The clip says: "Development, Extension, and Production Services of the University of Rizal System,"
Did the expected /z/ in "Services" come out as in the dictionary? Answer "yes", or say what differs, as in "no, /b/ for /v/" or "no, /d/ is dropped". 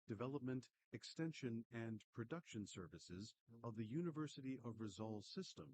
yes